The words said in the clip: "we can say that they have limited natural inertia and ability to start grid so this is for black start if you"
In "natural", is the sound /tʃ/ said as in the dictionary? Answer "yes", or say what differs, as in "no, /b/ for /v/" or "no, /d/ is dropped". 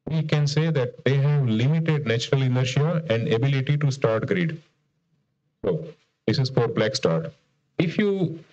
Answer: yes